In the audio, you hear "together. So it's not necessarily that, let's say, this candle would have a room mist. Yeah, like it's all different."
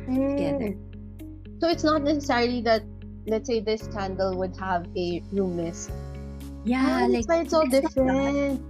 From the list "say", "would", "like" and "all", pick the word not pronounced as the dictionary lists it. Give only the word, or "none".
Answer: like